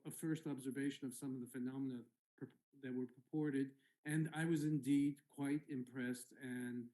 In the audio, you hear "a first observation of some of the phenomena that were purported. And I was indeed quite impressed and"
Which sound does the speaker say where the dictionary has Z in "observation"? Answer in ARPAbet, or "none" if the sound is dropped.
Z